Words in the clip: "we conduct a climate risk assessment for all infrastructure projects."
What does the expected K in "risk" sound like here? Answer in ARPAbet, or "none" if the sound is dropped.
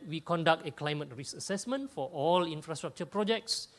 none